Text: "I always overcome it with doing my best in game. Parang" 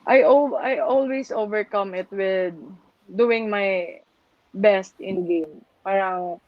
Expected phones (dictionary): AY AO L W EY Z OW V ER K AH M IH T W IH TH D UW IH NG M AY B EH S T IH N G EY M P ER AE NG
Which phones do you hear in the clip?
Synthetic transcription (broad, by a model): AY AO L W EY S OW V ER K AH M IH T W IH D UW IH NG M AY B EH S T IH N G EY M P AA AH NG